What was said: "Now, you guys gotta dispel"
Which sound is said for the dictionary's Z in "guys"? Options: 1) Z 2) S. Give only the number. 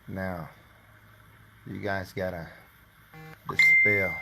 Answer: 1